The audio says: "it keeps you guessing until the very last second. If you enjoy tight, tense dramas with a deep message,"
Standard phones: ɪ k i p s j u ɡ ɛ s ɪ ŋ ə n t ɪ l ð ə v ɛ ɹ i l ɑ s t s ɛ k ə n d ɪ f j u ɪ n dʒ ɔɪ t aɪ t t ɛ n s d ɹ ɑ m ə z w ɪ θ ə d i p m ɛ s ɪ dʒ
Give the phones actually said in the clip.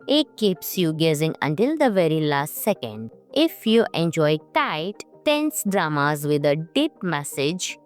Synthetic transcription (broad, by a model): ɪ k i p s j u ɡ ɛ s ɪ ŋ ə n t ɪ l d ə v ɛ ɹ i l ɑ s t s ɛ k ə n d ɪ f j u ɪ n dʒ ɔɪ t aɪ t t ɛ n s d ɹ ɑ m ə z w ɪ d ə d i p m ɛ s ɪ dʒ